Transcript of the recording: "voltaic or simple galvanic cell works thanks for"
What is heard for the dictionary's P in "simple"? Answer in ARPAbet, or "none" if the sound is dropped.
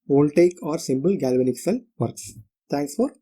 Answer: B